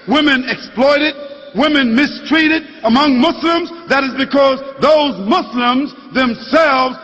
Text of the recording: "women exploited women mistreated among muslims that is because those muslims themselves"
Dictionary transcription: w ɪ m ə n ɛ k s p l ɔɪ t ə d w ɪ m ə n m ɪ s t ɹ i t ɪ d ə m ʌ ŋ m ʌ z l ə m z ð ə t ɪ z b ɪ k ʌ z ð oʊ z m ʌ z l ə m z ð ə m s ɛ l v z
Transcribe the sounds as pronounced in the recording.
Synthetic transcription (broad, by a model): w ɪ m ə n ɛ k s p l ɔɪ t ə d w ɪ m ə n m ɪ s t ɹ i t ɪ d ə m ʌ ŋ m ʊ s l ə m z ð ə t ɪ z b ɪ k ʌ z ð oʊ z m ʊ s l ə m z ð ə m s ɛ l v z